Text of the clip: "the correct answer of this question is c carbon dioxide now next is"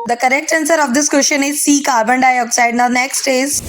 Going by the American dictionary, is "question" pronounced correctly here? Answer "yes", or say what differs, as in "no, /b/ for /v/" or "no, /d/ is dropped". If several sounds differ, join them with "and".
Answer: no, /ʃ/ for /tʃ/